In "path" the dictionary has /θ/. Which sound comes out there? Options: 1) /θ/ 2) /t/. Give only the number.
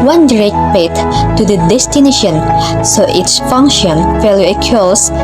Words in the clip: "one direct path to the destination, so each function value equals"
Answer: 2